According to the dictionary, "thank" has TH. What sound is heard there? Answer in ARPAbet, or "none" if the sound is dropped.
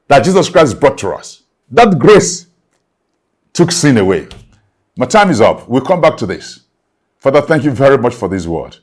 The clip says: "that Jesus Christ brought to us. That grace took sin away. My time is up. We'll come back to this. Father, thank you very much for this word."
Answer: TH